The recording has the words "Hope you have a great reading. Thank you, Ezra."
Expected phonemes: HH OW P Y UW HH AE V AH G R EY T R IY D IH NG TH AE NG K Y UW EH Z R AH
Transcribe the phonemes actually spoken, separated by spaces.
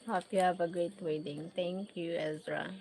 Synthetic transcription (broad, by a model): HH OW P Y UW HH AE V AH G R EY T W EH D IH NG T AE NG K Y UW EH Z R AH